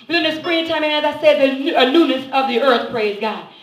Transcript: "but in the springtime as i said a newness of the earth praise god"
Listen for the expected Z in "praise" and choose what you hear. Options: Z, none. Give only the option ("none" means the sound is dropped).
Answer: Z